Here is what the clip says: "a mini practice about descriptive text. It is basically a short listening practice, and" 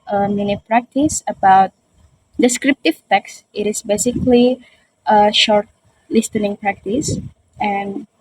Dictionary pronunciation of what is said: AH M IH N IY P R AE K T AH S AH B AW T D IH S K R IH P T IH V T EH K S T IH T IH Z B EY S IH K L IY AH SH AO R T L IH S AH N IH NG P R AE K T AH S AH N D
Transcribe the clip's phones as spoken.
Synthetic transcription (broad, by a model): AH M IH N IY P R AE K T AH S AH B AW T D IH S K R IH P T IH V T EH K S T IH T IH S B EY S IH K L IY AH SH AO R T L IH S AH N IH NG P R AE K T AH S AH N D